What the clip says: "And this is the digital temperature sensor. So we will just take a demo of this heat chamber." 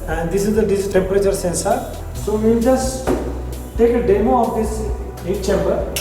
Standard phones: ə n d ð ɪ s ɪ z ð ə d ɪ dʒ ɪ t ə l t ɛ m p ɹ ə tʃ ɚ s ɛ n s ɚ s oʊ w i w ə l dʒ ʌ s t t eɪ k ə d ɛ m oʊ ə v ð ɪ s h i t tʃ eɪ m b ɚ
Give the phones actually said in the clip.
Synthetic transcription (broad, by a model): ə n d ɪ s ɪ z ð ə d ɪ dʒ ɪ s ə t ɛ m p ɹ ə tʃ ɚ s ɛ n s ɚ s oʊ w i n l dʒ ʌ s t t eɪ k ə d ɛ m oʊ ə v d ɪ s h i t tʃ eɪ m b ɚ